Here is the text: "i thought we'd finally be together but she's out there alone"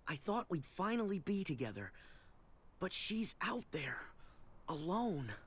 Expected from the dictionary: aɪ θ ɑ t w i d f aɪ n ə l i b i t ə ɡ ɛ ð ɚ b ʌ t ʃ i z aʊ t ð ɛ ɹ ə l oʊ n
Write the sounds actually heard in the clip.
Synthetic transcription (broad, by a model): aɪ θ ɑ t w i d f aɪ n l i b i t ə ɡ ɛ ð ɚ b ʌ t ʃ i z aʊ t ð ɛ ɹ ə l oʊ n